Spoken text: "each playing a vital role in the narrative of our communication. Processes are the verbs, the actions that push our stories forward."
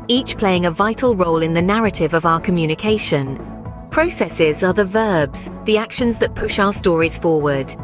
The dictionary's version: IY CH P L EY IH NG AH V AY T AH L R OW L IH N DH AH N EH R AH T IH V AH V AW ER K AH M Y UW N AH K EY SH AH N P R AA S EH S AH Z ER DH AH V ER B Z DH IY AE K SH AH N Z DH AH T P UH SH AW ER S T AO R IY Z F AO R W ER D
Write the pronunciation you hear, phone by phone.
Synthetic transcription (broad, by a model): IY CH P L EY IH NG AH V AY T AH L R OW L IH N DH AH N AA R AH T IH V AH V AW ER K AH M Y UW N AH K EY SH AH N P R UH S EH S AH Z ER DH AH V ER B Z DH IY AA K SH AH N Z DH AH T P UH SH AW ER S T AO R IY Z F AO W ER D